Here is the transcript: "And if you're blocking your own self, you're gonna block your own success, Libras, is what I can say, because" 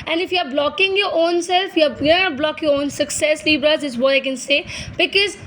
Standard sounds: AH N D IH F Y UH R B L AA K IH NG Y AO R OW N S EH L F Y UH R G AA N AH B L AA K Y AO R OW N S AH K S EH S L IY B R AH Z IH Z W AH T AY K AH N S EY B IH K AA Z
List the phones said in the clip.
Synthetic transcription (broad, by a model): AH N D IH F Y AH R B L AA K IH NG Y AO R OW N S EH L F Y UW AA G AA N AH B L AA K Y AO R OW N S AH K S EH S L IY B R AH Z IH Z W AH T AY K AH N S EY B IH K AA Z